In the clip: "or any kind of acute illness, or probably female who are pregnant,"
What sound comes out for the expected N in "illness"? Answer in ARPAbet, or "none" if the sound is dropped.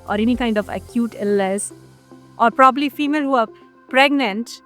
none